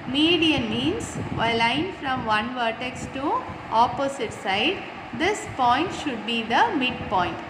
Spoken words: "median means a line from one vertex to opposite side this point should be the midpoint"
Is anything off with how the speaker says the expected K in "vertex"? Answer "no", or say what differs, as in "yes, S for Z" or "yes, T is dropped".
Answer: no